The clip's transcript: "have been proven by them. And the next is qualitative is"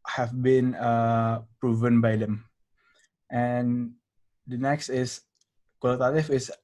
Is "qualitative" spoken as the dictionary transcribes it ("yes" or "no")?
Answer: no